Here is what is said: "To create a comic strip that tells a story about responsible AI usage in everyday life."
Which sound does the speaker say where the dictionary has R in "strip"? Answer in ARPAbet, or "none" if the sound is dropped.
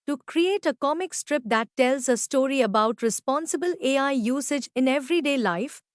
R